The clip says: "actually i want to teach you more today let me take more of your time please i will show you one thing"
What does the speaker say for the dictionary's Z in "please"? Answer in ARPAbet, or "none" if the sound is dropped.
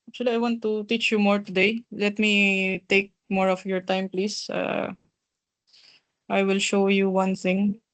S